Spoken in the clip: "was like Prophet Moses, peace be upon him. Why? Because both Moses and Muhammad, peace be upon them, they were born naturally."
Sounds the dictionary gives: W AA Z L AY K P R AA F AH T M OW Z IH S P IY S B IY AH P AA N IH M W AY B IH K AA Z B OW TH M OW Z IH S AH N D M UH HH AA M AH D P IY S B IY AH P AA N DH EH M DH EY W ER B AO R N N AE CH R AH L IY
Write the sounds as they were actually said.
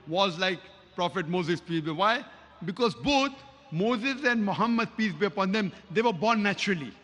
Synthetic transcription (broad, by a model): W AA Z L AY K P R AA F AH T M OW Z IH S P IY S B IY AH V AA IH B IH K AA Z B OW T M OW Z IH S AH N D M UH HH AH M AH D P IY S B IY AH P AA N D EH M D EY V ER B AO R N N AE CH R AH L IY